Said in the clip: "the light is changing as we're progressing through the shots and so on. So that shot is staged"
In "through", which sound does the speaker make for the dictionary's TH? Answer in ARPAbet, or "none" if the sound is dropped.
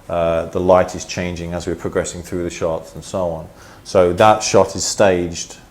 TH